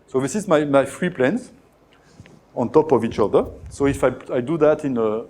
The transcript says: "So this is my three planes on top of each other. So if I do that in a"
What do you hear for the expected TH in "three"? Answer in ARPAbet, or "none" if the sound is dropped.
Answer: F